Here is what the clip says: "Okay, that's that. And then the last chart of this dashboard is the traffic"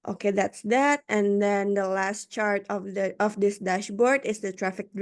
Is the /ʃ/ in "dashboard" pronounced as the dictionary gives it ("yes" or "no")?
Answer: yes